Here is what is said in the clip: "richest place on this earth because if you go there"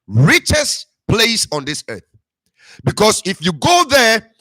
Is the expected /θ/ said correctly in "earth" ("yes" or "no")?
yes